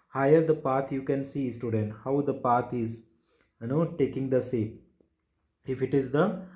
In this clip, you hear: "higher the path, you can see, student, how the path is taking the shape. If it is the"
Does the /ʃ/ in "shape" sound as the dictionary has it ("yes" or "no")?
no